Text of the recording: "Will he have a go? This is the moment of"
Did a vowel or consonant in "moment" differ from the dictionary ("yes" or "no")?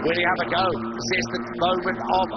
yes